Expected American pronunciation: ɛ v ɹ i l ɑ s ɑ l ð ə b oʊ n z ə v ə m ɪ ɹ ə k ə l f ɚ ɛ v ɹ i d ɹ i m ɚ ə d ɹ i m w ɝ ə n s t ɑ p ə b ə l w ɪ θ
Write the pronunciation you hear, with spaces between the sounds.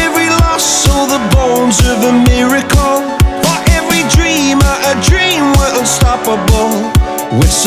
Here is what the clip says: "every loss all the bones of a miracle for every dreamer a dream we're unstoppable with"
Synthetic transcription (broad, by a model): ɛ v ɹ i l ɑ s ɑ ð ə b oʊ n z ə v ə m ɪ ɹ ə k l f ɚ ɛ v ɹ i d ɹ i m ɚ ə d ɹ i m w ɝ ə l s t ɑ p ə b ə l w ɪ